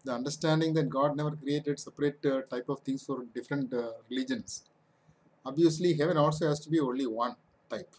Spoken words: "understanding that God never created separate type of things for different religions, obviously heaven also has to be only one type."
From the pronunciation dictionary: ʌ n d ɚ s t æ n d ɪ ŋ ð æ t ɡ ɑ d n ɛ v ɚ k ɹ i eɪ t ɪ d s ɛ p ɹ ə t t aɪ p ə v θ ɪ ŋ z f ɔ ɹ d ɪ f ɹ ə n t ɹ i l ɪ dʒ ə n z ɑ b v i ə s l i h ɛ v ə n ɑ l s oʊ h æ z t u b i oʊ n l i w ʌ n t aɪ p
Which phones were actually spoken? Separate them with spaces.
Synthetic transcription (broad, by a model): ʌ n d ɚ s t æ n d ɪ ŋ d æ t ɡ ɑ d n ɛ v ɚ k ɹ i eɪ t ɪ d s ɛ p ɹ ə t t aɪ p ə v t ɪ ŋ s f ɔ ɹ d ɪ f ɹ ə n t ɹ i l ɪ dʒ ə n s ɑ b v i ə s l i h ɛ v ə n ɑ l s oʊ h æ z t u b i oʊ n l i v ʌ n t aɪ p